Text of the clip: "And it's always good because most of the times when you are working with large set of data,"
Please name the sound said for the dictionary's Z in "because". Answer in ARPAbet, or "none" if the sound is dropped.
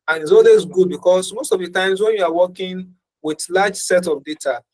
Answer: S